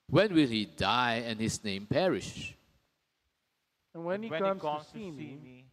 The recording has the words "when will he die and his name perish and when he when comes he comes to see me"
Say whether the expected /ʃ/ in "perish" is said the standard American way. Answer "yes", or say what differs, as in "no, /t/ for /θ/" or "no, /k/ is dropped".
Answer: yes